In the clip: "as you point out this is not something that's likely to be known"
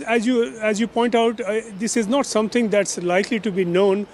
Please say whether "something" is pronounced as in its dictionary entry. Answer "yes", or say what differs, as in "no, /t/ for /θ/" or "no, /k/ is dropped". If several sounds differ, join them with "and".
no, /t/ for /θ/